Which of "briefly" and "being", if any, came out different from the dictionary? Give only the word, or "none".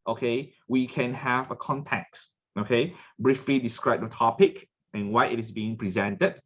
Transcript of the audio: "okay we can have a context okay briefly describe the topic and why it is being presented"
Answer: none